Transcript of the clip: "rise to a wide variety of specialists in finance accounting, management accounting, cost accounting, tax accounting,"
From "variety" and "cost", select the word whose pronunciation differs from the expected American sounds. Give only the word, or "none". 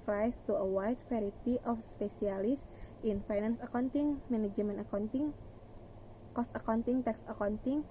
variety